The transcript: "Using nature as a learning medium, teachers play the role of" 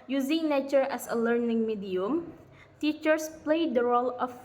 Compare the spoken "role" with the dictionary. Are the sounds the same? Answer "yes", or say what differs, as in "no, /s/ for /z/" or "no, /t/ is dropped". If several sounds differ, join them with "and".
yes